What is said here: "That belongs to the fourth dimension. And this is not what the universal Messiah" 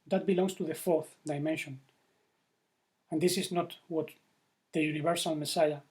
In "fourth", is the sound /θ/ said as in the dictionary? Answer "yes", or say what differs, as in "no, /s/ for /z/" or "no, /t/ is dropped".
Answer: yes